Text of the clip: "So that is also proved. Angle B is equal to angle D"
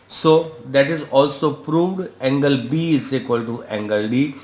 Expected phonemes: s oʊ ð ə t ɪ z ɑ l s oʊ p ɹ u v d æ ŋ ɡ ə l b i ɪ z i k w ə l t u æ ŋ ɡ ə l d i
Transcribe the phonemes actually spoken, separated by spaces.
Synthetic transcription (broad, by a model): s oʊ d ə t ɪ z ɑ l s oʊ p ɹ u v d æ ŋ ɡ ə l b i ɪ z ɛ k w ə l t u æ ŋ ɡ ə l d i